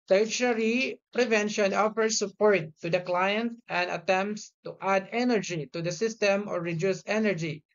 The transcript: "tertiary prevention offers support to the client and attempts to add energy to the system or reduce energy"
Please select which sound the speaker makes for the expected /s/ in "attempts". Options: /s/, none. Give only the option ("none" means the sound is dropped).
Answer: /s/